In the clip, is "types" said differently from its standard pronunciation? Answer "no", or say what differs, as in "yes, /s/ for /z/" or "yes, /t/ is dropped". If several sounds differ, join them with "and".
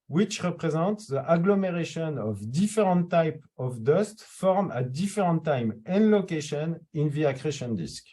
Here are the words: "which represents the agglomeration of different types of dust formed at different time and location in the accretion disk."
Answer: yes, /s/ is dropped